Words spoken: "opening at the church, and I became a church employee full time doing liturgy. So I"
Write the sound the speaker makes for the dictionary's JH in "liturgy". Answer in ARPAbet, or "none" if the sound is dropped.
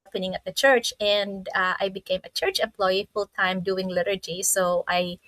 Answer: JH